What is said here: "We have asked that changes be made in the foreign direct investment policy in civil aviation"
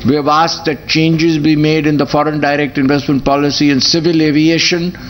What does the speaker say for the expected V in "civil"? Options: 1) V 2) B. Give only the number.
1